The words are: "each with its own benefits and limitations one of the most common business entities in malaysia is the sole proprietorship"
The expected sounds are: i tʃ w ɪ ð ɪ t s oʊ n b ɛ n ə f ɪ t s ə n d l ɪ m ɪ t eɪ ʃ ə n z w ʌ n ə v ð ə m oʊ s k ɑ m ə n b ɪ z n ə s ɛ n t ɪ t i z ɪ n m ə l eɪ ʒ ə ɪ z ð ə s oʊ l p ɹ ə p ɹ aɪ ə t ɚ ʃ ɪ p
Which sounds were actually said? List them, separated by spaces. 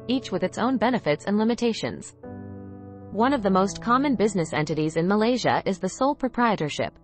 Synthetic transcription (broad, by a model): i tʃ w ɪ ð ɪ t s oʊ n b ɛ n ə f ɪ t s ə n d l ɪ m ɪ t eɪ ʃ ə n z w ʌ n ə v ð ə m oʊ s k ɑ m ə n b ɪ z n ə s ɛ n t ɪ t i z ɪ n m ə l eɪ ʒ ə ɪ z ð ə s oʊ l p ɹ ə p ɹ aɪ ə t ɚ ʃ ɪ p